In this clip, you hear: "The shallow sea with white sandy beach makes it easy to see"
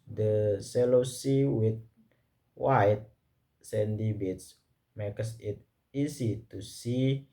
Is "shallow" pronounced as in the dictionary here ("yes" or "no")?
no